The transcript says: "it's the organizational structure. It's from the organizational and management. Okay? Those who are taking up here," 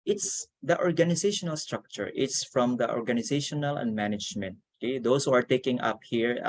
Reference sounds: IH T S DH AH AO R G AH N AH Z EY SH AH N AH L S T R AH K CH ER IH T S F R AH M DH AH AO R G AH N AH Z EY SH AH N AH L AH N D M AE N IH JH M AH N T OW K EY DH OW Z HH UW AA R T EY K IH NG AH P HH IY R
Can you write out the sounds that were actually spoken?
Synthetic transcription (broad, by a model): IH T S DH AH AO R G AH N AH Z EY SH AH N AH L S T R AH K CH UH IH T S F R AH M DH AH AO R G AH N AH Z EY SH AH N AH L AH N D M AE N IH JH M AH N T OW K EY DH OW S HH UW AA R T EY K IH NG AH P HH IY R